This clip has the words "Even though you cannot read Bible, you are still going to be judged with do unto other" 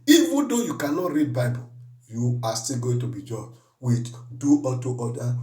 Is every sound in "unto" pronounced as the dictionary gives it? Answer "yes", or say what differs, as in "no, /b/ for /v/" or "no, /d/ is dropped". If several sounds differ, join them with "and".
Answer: no, /n/ is dropped